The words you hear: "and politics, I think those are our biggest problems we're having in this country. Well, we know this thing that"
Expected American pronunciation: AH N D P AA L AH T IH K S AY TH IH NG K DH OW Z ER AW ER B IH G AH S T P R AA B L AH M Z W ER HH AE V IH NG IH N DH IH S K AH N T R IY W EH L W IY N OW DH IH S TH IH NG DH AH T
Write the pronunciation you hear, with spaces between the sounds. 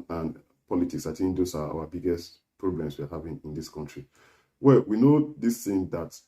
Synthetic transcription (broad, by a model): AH N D P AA L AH T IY K S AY T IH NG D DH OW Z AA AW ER B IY G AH S T P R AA B L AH M S W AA HH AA V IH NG IH N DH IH S K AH N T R IY W EH L W IY N OW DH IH S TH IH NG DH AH T